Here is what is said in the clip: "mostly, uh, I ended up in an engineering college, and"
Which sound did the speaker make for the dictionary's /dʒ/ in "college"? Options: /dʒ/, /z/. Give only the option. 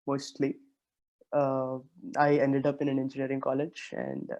/dʒ/